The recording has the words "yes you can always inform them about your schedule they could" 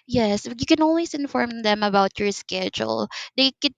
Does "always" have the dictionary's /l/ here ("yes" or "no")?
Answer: no